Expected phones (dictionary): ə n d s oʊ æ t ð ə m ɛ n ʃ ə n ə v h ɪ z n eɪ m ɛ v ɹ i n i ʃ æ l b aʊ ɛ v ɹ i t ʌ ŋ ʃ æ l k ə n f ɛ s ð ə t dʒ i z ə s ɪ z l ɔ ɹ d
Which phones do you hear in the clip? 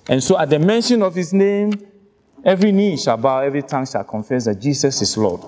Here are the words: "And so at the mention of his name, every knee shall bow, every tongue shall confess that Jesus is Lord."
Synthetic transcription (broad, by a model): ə n s oʊ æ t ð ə m ɛ n ʃ ə n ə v h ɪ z n eɪ m ɛ v ɹ i n i ʃ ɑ l b aʊ ɛ v ɹ i t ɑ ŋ ʃ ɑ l k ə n f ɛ s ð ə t dʒ i s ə s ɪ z l ɔ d